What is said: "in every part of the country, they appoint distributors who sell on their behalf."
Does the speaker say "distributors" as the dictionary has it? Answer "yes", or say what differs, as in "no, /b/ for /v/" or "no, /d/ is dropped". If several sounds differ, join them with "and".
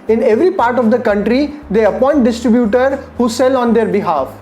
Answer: no, /z/ is dropped